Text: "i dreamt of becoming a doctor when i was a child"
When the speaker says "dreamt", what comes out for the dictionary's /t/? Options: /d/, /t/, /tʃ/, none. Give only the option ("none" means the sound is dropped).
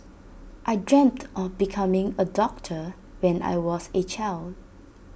/t/